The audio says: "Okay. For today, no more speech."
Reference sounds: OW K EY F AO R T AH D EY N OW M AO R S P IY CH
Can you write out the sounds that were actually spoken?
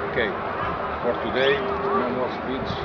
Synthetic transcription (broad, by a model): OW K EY F AO R T AH D EY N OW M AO L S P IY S